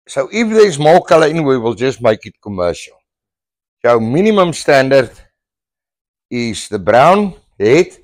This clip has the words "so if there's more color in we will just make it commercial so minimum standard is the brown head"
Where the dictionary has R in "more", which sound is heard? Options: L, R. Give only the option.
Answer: L